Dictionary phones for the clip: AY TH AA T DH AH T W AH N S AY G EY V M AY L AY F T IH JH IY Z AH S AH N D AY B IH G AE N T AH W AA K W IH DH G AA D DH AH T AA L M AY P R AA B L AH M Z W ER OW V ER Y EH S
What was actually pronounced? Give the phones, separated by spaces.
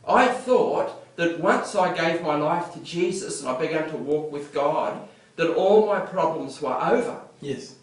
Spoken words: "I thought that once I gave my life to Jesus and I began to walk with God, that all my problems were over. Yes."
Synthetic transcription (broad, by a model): AY TH AA T DH AH T W AH N S AY G EY V M AY L AY F T IH JH IY Z AH S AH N AY B IH G AE N T AH W AA K W IH DH G AA D DH AH T AA L M AY P R AA B L AH M Z W ER OW V ER Y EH S